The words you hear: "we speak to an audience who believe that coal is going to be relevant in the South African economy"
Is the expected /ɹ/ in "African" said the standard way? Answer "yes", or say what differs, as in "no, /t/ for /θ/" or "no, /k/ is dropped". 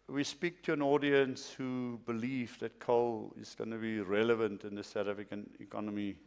no, /ɹ/ is dropped